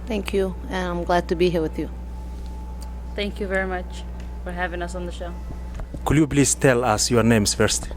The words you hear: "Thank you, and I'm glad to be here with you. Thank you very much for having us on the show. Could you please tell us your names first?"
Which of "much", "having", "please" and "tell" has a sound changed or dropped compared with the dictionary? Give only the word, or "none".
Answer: please